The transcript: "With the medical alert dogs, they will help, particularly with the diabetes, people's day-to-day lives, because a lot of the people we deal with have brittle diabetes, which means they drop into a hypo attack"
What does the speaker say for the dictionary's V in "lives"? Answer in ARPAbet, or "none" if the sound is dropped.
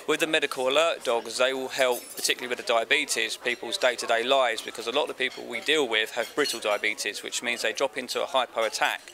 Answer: none